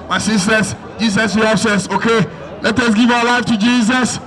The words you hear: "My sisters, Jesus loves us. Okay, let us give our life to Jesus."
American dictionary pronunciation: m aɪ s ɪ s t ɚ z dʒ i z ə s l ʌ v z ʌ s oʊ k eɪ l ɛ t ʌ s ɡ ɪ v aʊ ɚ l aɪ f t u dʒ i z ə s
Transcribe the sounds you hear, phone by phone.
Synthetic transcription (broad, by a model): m aɪ s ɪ s t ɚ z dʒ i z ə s w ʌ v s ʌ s oʊ k eɪ l ɛ t ʌ s ɡ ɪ v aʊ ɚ l aɪ f t u dʒ i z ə s